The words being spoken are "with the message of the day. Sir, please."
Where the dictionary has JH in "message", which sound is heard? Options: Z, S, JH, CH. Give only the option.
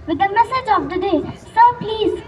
JH